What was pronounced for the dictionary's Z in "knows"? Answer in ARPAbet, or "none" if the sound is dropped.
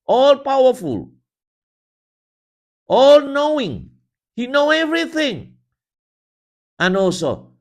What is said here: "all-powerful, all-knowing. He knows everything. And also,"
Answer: none